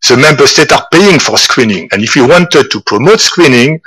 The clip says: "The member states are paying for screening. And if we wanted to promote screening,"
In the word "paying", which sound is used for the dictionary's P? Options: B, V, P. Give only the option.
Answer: P